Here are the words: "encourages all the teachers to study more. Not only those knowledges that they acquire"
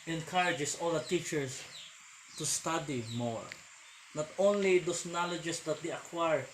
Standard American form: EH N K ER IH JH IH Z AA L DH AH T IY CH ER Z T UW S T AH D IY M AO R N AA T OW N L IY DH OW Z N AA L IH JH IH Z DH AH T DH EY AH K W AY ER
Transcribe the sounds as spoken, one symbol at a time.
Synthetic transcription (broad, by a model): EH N K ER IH JH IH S AA L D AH T IY CH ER S T UW S T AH D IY M AO R N AA T OW N L IY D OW S N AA L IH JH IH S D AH T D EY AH K W AY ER